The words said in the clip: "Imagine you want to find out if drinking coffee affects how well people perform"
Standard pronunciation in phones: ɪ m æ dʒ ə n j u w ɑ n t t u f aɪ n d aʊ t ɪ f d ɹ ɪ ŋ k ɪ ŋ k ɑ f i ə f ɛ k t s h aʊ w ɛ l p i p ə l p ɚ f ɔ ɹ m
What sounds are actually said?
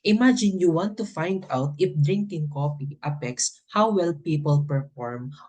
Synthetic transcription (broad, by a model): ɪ m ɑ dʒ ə n j u w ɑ n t t u f aɪ n d aʊ t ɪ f d ɹ ɪ ŋ k ɪ ŋ k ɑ p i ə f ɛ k s h aʊ w ɛ l p i p ə l p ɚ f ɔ ɹ m